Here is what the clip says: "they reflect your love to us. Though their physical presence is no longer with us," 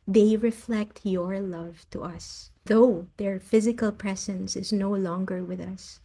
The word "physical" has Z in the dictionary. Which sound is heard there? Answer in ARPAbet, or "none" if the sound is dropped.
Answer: Z